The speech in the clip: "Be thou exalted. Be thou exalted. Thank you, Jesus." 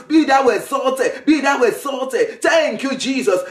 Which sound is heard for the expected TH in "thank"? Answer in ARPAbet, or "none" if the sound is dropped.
T